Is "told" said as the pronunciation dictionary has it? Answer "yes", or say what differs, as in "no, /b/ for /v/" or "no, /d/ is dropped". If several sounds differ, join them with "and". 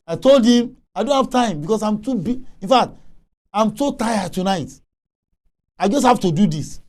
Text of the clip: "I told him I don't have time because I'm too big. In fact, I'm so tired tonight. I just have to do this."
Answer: yes